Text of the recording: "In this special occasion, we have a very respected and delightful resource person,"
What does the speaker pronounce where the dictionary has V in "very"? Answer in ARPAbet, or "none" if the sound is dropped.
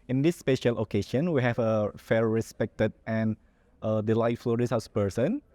F